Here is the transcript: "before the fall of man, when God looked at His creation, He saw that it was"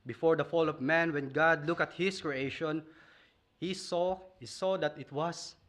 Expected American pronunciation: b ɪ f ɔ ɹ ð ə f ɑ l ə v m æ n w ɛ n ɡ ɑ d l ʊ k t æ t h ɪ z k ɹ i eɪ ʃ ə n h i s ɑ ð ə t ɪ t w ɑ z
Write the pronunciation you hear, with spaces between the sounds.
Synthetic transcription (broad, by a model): b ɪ f ɔ ɹ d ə f ɑ l ə v m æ n w ɛ n ɡ ɑ d l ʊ k ʌ t h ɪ s k ɹ i eɪ ʃ ə n h i s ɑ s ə t ɪ t w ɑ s